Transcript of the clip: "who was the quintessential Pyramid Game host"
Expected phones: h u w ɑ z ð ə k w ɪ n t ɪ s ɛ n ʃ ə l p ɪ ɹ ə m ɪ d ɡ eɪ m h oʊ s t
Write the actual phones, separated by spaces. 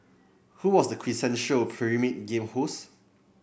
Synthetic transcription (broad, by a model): h u w ɑ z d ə k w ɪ s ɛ n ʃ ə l p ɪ ɹ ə m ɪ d ɡ eɪ m h oʊ s